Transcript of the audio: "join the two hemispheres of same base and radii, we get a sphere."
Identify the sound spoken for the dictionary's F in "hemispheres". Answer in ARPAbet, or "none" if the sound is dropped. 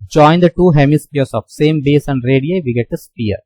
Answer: P